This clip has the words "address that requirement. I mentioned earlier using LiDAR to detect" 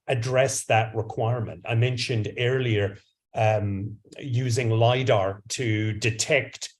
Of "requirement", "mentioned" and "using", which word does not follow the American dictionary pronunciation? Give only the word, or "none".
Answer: none